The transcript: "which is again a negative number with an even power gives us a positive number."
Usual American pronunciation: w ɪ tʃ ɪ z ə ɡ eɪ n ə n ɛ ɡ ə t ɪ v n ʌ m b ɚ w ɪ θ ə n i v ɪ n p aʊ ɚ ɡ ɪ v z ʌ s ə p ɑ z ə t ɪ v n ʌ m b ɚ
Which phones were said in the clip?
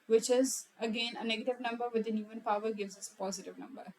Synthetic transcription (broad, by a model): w ɪ tʃ ɪ z ə ɡ eɪ n ə n ɛ ɡ ə t ɪ v n ʌ m b ɚ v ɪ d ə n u ɪ n p aʊ ɚ ɡ ɪ v z ʌ s ə p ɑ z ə t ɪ v n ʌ m b ɚ